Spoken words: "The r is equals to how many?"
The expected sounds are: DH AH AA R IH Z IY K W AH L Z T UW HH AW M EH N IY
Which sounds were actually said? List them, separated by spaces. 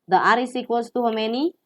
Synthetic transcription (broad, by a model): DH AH AA R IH S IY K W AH Z T UW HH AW M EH N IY